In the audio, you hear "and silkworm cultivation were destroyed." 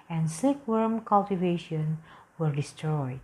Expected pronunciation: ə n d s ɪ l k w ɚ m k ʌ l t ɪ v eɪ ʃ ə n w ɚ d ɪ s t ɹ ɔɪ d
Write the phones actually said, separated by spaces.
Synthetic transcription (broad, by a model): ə n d s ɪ k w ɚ m k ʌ l t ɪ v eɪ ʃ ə n w ɚ d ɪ s t ɹ ɔɪ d